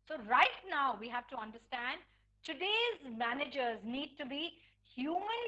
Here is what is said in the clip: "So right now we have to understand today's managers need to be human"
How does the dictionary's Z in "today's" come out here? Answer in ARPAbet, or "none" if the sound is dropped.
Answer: Z